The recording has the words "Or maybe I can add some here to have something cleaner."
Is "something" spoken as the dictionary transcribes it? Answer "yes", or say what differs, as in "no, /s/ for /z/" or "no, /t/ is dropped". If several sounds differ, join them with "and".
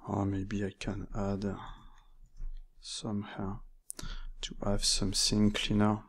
no, /s/ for /θ/